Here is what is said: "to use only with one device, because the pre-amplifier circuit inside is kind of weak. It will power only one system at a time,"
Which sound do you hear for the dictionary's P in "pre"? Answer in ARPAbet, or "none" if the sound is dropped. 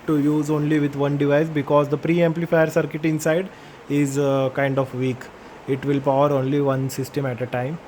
P